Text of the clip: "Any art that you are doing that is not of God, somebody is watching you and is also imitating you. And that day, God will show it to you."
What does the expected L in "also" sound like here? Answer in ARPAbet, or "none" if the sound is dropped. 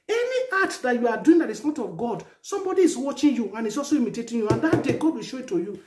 none